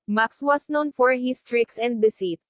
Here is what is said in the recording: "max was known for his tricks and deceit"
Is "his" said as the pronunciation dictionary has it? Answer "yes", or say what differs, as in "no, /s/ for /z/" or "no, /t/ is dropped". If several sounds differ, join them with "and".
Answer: no, /s/ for /z/